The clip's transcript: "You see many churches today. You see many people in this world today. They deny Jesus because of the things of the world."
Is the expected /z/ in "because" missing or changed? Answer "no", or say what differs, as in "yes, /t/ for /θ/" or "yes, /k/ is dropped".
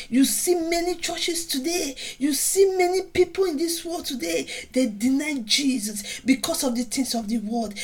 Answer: yes, /s/ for /z/